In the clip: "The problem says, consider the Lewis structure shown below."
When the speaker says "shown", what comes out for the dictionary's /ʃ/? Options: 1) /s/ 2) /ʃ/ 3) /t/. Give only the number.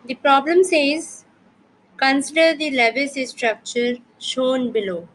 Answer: 2